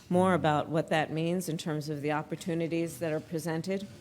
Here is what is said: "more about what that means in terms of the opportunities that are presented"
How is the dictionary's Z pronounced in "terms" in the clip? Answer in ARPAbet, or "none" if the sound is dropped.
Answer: Z